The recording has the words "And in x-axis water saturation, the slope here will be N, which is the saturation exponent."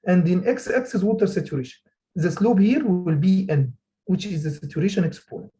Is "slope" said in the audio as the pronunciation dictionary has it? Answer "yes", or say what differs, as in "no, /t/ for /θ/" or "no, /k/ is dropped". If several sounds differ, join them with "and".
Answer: no, /b/ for /p/